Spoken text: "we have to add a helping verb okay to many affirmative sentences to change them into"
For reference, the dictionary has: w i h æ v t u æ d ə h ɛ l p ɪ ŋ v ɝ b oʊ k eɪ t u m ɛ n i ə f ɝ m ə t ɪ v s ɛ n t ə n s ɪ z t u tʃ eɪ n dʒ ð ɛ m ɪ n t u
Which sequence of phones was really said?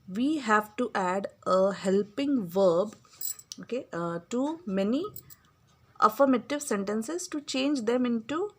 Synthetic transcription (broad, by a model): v i h æ v t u æ d ə h ɛ l p ɪ ŋ v ɝ b oʊ k eɪ t u m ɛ n i ə f ɝ m ə t ɪ v s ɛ n t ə n s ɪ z t u tʃ eɪ n dʒ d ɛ m ɪ n t u